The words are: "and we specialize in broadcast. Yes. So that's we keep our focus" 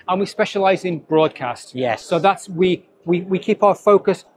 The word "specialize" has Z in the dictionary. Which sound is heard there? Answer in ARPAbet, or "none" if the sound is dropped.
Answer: Z